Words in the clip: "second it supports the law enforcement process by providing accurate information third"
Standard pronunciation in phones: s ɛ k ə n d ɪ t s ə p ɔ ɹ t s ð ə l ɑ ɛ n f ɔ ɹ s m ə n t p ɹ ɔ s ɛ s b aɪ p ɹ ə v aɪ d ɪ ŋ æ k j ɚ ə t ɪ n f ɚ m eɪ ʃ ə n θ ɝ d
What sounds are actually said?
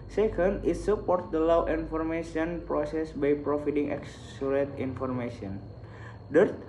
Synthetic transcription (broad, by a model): s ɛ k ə n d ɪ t s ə p ɔ ɹ t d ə l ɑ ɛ n f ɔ ɹ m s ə n p ɹ ɔ s ɛ s b aɪ p ɹ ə f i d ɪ ŋ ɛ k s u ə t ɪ n f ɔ m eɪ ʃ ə n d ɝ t